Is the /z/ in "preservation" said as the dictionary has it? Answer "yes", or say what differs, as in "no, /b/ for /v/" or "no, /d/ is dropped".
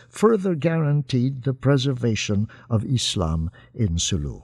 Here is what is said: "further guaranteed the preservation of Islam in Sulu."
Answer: yes